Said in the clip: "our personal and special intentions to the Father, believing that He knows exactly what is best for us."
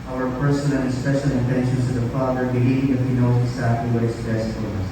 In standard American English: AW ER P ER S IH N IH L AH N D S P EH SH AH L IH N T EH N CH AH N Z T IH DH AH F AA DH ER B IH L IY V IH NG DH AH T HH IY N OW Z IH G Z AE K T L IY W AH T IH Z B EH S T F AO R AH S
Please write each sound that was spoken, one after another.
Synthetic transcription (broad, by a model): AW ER P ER S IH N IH N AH S P EH SH L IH N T EH N SH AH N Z T IH DH AH F AA DH ER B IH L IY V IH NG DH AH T HH IY N OW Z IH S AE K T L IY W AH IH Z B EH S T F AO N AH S